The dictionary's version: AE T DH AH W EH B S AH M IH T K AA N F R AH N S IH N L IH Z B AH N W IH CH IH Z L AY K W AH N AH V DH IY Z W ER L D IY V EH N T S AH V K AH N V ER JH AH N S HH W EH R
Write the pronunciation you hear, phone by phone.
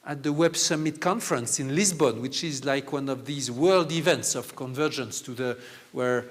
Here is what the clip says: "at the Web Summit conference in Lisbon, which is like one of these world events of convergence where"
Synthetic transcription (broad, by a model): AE T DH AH W EH B S AH M IH T K AA N F R AH N S IH N L IH Z B AH N W IH CH IH Z L AY K W AH N AH V DH IY Z W ER L D IY V EH N T S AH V K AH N V ER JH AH N S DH W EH R